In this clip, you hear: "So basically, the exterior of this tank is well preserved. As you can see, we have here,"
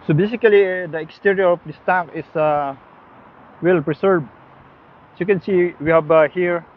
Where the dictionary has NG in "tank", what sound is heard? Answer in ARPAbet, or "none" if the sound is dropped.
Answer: none